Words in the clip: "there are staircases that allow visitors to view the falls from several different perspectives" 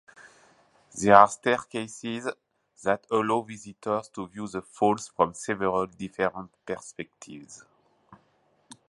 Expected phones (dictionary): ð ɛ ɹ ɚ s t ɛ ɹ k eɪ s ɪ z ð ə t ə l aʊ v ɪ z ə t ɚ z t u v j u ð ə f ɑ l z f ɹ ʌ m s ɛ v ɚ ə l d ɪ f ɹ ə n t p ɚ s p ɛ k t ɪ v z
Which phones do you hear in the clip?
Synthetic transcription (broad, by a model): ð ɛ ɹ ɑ s t ɛ ɹ k eɪ s ɪ z ð ə t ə l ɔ v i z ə t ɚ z t u v j u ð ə f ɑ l s f ɹ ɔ m s ɛ v ɚ ə l d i f ɹ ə n t p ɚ s p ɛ k t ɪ v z